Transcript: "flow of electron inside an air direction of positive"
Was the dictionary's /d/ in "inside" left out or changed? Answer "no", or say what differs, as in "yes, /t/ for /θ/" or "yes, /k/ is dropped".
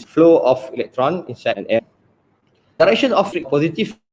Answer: yes, /d/ is dropped